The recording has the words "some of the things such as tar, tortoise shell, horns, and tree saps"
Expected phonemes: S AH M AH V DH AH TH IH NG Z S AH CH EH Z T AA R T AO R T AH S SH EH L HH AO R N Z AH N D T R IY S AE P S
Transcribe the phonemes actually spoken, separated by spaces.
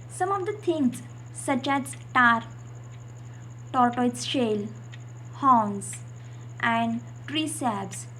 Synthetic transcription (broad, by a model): S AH M AH V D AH T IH NG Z S AH CH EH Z T AA R T AO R T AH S SH EH L HH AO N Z AH N D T R IY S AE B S